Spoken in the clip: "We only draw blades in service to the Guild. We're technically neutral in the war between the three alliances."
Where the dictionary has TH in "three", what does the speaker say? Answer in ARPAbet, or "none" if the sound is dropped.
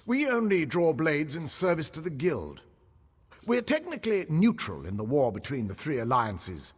TH